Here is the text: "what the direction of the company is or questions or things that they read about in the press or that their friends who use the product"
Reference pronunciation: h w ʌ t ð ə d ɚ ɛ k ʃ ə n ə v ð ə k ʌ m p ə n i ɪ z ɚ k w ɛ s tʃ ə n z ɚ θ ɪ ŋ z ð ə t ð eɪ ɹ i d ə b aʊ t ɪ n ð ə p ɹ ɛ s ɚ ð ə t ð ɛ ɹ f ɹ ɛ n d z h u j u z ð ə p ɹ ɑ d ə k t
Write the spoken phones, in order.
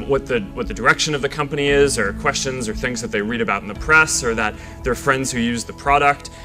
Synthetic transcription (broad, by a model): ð w ʌ t ð ə d ɚ ɛ k ʃ ə n ə v ð ə k ʌ m p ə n i ɪ z ɚ k w ɛ s tʃ ə n z ɚ θ ɪ ŋ z ð ə t ð eɪ ɹ i d ə b aʊ t n ð ə p ɹ ɛ s ɚ ð ə t ð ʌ ɹ f ɹ ɛ n d z h u j u z ð ə p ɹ ɑ d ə k t